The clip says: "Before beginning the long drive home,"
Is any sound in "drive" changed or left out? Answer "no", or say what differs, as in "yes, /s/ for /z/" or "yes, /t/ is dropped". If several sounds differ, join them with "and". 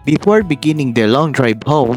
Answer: yes, /b/ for /v/